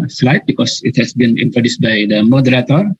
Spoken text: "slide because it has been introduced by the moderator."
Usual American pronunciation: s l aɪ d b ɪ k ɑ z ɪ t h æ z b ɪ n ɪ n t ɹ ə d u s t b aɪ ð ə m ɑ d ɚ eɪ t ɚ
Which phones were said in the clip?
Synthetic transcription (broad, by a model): s l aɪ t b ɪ k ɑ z ɪ t h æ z b ɪ n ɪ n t ə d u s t b aɪ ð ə m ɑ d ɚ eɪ t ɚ